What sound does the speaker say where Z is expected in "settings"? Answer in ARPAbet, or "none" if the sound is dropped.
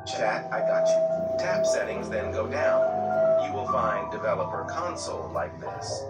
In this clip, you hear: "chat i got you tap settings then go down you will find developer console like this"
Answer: Z